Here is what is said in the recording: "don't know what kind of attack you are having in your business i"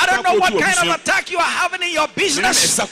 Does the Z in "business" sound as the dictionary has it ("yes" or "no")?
yes